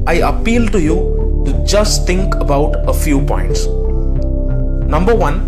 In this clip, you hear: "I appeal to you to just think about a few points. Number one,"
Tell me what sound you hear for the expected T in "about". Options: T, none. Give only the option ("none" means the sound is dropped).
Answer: T